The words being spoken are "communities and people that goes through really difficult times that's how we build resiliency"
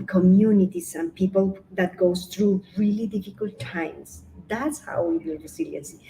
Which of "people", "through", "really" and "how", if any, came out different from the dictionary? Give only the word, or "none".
through